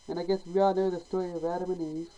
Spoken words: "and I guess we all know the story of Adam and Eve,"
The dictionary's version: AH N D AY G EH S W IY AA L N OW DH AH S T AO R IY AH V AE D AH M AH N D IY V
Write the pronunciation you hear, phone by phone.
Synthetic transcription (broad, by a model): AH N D AY G EH S W IY AA L N OW DH AH S T AO R IY AH V AE D AH M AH N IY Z